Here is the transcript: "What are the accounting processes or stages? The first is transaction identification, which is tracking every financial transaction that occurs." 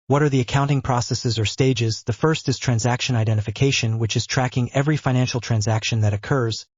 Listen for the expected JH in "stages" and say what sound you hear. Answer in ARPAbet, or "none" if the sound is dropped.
JH